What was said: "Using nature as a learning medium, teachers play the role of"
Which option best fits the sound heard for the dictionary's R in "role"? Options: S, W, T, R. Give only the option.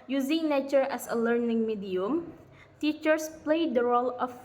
R